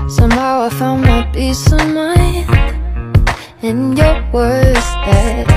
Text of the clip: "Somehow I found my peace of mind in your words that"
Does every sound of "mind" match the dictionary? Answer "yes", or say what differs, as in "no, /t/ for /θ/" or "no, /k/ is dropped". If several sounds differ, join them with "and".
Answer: no, /d/ is dropped